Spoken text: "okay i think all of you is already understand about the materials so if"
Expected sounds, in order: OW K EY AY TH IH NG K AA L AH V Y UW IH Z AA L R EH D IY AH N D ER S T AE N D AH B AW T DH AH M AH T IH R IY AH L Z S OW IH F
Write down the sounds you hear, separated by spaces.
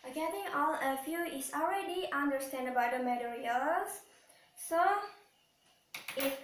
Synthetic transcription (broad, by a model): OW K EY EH T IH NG AA L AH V Y UW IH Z AA L R EH D IY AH N D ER S T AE N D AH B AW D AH M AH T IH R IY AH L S S OW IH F